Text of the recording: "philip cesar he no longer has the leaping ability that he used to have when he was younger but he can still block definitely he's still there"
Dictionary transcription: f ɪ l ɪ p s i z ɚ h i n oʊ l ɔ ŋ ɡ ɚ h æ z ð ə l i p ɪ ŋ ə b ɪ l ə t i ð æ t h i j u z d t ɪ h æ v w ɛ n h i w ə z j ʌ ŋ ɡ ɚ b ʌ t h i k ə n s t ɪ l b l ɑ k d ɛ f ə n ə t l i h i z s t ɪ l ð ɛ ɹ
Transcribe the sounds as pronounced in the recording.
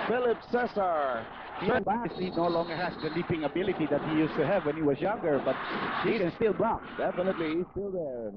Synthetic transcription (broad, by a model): f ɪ l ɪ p s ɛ s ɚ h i n oʊ l ɔ ŋ ɡ ɚ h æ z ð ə l i p ɪ ŋ ə b ɪ l ə t i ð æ t h i j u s t ɪ h æ v w ɛ n h i w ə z j ʌ ŋ ɡ ɚ b ʌ t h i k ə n s t ɪ l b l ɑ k d ɛ f ə n ə t l i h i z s t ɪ l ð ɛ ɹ